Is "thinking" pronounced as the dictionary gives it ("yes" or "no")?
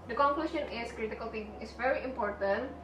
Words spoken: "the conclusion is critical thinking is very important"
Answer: no